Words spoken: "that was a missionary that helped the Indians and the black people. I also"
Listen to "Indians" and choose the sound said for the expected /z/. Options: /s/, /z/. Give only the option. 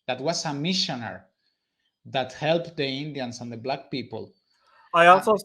/s/